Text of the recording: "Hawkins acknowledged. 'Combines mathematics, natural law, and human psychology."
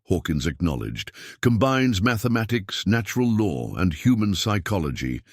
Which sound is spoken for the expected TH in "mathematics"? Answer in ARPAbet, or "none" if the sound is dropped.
TH